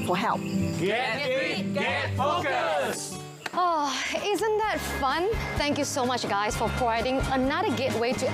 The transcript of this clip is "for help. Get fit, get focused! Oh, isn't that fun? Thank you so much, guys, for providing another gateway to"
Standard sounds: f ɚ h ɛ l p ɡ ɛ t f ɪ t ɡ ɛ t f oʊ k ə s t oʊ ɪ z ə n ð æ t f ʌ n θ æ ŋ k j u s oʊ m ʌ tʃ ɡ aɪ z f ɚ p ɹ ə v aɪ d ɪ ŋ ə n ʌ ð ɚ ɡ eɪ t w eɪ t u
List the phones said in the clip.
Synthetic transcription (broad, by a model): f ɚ h ɛ l p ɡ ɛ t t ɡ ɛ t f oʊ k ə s oʊ ɪ z ə n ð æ t f ʌ n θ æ ŋ k j u s oʊ m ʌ tʃ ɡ aɪ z f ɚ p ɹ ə ɪ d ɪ ŋ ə n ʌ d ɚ ɡ eɪ t w eɪ t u